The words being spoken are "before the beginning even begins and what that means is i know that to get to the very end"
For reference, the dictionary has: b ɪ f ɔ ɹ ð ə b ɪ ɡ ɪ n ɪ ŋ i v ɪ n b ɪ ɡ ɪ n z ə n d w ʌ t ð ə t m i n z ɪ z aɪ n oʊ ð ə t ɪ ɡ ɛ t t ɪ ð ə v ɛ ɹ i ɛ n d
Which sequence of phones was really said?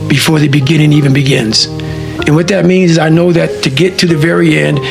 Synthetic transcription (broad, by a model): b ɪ f ɔ ɹ ð ə b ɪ ɡ ɪ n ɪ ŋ i v ɪ n b ɪ ɡ ɪ n z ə n w ʌ t ð ə t m i n z ɪ z aɪ n oʊ ð ə t ɪ ɡ ɛ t t ɪ ð ə v ɛ ɹ i ɛ n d